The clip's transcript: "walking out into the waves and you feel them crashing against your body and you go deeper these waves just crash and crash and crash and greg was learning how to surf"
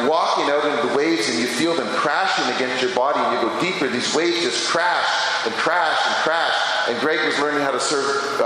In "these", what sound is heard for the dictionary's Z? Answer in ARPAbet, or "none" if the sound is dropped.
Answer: Z